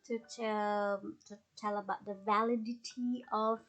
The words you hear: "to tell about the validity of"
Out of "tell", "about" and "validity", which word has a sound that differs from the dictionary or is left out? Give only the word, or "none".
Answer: none